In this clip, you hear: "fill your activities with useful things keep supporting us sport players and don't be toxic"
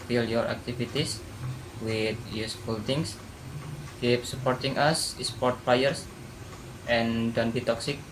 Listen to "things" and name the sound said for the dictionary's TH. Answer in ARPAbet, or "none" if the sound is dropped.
T